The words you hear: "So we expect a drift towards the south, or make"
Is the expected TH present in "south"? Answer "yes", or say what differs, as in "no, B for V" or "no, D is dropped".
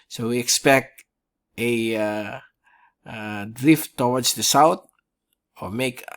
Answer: no, T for TH